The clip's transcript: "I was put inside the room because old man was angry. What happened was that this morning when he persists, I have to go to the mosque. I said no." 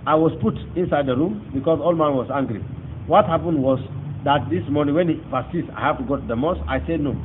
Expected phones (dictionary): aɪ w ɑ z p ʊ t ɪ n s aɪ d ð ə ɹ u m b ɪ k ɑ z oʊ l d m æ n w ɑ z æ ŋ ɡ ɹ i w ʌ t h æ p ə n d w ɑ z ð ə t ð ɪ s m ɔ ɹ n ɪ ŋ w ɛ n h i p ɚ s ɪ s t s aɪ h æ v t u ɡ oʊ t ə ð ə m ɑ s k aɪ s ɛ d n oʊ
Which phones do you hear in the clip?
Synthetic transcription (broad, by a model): aɪ w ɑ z p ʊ t ɪ n s aɪ d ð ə ɹ u m b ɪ k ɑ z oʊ l m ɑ n w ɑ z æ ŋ ɡ ɹ i w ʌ t h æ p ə n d w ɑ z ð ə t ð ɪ s m ɔ ɹ n ɪ ŋ w ɛ n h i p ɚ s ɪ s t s aɪ h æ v t u ɡ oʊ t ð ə m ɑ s aɪ s ɛ d n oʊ